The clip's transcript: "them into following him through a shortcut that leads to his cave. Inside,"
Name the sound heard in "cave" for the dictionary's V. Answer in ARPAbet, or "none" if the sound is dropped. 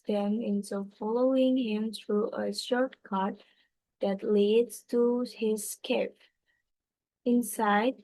P